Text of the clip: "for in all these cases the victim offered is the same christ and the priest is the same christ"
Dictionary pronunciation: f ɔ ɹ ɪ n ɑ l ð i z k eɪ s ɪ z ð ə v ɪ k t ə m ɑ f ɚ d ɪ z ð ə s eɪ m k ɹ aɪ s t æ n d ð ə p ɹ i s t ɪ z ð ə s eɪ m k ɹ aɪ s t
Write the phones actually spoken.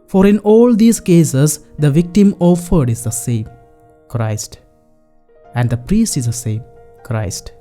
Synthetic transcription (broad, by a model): f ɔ ɹ ɪ n ɑ l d i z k eɪ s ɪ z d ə v ɪ k t ə m ɑ f ɚ d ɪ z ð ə s eɪ m k ɹ aɪ s t æ n d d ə p ɹ i s t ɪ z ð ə s eɪ m k ɹ aɪ s t